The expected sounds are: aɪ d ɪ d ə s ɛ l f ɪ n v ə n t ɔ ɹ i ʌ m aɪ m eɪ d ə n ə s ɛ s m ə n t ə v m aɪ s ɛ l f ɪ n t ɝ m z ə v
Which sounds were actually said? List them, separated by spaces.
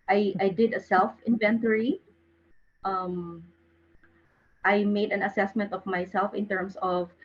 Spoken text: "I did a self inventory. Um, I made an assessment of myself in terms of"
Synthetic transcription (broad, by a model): aɪ d ɪ d ə s ɛ l f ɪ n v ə n t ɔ ɹ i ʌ m aɪ m eɪ d ə n ə s ɛ s m ə n t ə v m aɪ s ɛ l f ɪ n t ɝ m s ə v